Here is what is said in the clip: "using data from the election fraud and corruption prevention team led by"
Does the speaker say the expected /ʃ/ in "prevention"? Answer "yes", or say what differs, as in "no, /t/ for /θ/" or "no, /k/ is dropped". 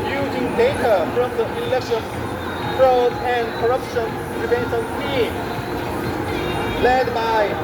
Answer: no, /s/ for /ʃ/